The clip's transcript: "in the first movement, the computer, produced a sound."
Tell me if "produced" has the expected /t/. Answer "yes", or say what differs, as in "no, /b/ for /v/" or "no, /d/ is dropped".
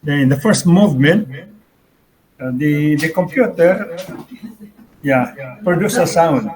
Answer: no, /t/ is dropped